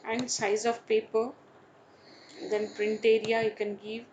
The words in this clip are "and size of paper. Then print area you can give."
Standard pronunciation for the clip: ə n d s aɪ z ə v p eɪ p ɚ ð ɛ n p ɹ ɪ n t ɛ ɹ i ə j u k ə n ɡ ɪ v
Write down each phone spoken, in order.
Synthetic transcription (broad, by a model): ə n d s aɪ z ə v p eɪ p ɚ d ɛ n p ɹ ɪ n t ɛ ɹ i ə j u k ə n ɡ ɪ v